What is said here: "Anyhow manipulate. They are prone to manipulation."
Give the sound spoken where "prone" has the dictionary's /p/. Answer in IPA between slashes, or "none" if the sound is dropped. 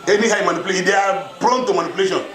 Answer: /b/